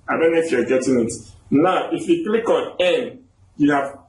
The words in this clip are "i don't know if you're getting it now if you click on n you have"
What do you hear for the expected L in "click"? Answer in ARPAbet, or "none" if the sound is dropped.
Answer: L